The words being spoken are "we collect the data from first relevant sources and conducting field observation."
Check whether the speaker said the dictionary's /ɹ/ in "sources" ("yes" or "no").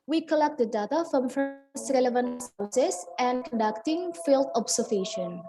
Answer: no